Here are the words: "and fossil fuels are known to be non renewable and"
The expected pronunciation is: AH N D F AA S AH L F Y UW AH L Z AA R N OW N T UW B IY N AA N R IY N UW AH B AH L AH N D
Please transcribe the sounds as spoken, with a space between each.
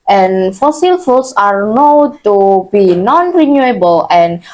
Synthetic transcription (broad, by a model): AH N F AA S AH L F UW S AA R N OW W T UW B IY N AA N R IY N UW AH B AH L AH N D